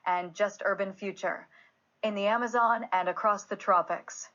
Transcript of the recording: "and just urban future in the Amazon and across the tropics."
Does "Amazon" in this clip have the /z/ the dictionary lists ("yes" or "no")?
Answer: yes